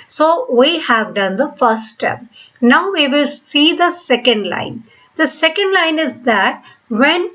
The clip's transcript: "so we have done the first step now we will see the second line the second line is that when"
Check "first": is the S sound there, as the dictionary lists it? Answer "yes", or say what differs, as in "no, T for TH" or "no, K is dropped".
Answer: no, S is dropped